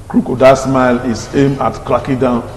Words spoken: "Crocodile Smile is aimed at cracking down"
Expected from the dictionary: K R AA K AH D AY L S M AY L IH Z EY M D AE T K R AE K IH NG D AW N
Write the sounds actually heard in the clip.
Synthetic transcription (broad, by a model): K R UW K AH D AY S M AY L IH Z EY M AA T K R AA K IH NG D AW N